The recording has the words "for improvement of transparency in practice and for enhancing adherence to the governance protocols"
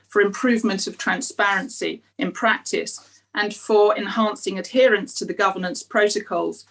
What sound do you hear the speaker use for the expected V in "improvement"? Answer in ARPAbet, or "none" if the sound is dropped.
V